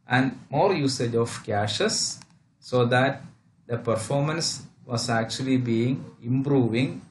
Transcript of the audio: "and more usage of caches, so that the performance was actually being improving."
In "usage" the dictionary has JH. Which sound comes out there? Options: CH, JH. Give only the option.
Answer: JH